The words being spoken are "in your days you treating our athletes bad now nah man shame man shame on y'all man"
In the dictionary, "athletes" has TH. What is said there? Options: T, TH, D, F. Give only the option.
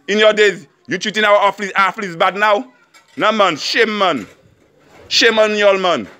F